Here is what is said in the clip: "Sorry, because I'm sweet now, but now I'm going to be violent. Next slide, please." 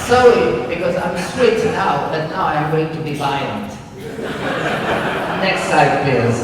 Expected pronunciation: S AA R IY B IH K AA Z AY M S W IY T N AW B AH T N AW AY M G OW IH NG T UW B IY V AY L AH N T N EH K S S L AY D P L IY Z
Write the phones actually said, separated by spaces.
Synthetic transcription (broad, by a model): S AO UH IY B IH K AA Z AY M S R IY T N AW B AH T N AW AY M G OW IH NG T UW B IY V AY AH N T N EH K S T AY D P L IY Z